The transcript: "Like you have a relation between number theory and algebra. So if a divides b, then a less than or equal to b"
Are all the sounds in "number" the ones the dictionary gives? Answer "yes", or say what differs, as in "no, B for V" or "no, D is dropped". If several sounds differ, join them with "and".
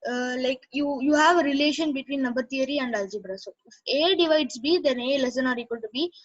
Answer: no, M is dropped